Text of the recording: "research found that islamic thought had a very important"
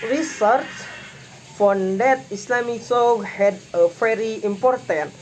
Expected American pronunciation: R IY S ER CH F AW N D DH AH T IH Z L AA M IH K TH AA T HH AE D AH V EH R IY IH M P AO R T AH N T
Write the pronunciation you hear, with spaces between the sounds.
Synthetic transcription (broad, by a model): R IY S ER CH F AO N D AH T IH S L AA M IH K S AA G HH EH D AH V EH R IY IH M P AO R T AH N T